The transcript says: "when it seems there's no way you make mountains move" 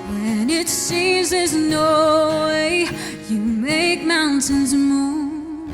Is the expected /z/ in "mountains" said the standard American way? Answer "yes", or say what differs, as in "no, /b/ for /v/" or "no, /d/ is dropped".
yes